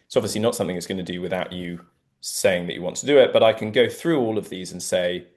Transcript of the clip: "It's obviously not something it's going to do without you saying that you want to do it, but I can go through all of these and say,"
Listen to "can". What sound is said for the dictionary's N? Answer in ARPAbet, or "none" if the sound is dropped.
N